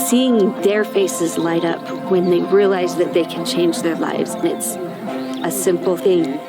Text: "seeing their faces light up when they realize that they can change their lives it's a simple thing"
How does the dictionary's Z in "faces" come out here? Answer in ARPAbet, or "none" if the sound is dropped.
Z